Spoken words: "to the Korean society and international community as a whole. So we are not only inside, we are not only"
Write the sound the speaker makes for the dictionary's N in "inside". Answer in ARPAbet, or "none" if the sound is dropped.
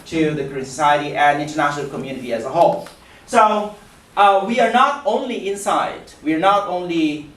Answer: N